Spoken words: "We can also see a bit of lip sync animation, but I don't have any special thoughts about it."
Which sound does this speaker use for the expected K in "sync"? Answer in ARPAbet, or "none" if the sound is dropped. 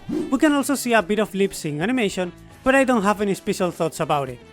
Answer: none